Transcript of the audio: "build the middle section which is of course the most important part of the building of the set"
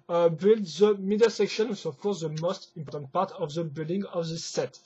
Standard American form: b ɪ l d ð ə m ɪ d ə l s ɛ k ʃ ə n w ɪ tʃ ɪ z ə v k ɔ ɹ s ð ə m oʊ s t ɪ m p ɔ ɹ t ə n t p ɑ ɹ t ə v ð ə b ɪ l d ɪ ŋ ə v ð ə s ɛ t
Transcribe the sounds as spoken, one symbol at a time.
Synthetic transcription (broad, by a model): b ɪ l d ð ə m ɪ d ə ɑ s ɛ k ʃ ə n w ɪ s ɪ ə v k ɔ ɹ s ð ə m oʊ s t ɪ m p ɔ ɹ t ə n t p ɑ ɹ t ə v ð ə b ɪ l d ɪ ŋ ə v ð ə s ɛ t